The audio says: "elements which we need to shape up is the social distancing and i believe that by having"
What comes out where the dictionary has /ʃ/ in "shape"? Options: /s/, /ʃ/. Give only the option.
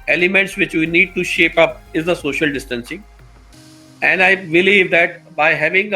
/ʃ/